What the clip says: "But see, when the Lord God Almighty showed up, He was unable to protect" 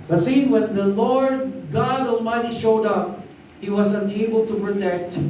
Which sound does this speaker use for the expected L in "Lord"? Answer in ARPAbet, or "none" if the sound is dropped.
L